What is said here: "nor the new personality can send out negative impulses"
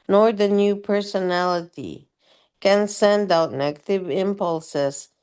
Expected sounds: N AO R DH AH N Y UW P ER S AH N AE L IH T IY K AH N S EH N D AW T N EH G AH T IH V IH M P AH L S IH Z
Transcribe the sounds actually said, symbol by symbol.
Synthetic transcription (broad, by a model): N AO R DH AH N Y UW P ER S AH N AE L IH T IY K AH N S EH N D AW T N EH G AH T IH V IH M P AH L S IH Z